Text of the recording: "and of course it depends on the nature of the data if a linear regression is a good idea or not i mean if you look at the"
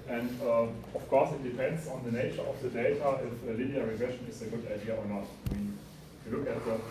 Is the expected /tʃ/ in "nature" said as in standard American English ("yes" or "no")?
yes